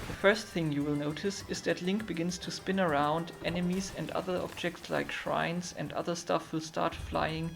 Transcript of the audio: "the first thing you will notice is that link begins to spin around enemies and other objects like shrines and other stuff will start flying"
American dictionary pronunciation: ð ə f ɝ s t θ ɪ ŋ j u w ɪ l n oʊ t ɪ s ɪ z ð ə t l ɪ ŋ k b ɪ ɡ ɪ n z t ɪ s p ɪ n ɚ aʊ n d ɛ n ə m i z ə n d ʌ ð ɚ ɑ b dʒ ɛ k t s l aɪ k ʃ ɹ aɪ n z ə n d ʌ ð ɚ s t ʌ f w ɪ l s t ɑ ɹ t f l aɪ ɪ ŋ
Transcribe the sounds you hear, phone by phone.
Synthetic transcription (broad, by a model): ð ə f ɝ s t θ ɪ ŋ j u w ɪ l n oʊ t ɪ s ɪ z ð ə t l ɪ ŋ k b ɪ ɡ ɪ n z t ɪ s p ɪ n ɚ aʊ n d ɛ n ə m i z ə n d ʌ ð ɚ ɑ b dʒ ɛ k t s l aɪ k ʃ ɹ aɪ n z ə n d ʌ ð ɚ s t ʌ f w ɪ l s t ɑ ɹ t f l aɪ ɪ ŋ